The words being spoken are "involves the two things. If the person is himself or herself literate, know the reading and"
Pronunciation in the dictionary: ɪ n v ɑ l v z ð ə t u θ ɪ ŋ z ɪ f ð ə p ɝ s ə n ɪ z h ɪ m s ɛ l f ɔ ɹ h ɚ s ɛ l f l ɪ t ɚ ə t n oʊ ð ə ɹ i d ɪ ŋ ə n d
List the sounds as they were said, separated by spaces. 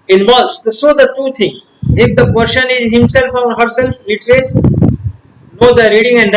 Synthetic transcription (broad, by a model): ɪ n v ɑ l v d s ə t u t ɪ ŋ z ɪ f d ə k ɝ ʃ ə n ɪ z h ɪ m s ɛ l f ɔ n h ɚ s ɛ l f l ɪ t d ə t n oʊ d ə ɹ i d ɪ ŋ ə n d